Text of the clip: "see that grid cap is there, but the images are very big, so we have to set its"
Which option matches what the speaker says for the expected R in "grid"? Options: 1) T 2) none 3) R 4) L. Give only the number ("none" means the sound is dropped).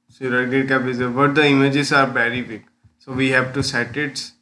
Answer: 2